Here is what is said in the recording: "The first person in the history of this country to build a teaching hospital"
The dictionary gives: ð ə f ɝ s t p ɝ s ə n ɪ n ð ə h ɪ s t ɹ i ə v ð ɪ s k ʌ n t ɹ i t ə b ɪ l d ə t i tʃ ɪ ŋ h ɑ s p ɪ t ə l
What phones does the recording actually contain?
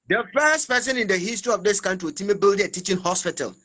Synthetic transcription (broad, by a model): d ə f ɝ s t p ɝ s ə n ɪ n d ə h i s t ɹ i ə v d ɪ s k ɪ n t w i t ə b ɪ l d ə t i tʃ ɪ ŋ h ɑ s p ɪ t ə l